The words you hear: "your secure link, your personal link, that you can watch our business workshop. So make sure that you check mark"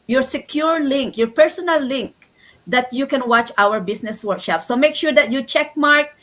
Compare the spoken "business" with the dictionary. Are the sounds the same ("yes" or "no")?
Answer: no